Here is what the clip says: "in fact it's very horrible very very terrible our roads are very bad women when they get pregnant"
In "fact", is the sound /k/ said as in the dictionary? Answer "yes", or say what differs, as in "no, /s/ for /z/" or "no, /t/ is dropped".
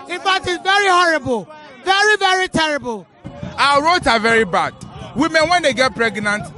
no, /k/ is dropped